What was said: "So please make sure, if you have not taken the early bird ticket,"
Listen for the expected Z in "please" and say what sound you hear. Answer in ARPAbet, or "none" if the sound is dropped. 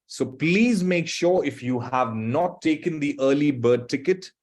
Z